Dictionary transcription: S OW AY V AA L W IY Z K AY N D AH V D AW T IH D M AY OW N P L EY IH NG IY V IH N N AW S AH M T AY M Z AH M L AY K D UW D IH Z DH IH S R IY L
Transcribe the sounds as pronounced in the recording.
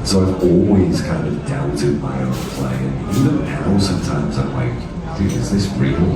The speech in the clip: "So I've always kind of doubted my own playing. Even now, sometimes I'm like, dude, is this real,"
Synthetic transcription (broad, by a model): S OW AY V AA L W IY Z K AY N D AH V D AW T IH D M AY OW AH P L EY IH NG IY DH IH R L S AH M T AY M Z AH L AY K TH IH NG IH Z DH IH S R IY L